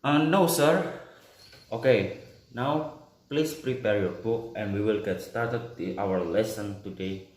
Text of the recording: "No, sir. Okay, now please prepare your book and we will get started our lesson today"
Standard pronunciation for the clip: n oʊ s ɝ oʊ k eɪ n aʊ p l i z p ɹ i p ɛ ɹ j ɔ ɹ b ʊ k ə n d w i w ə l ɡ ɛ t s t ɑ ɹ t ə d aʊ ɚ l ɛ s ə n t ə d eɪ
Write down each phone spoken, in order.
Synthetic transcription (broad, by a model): n oʊ s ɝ oʊ k eɪ n aʊ p l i s p ɹ i p ɛ ɹ j ɔ ɹ b ʊ k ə n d w i w ə l ɡ ɛ t s t ɑ ɹ t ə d aʊ ɚ l ɛ s ə n t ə d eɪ